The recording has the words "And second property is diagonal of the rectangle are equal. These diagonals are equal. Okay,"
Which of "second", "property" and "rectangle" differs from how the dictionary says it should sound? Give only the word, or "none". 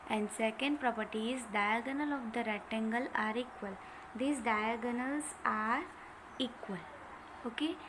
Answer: rectangle